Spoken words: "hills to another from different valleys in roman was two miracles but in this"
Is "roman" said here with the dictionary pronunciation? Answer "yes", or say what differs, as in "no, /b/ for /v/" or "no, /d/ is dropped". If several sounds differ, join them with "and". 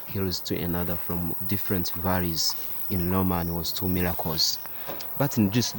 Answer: no, /l/ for /ɹ/